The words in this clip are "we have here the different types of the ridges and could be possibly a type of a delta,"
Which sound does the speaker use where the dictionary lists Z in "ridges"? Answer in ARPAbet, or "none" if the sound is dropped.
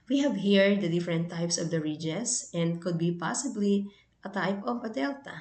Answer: S